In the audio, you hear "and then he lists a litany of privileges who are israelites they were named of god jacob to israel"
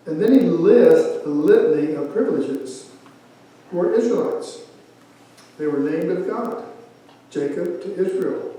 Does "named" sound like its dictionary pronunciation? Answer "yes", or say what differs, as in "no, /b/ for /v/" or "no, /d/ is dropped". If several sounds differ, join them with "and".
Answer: yes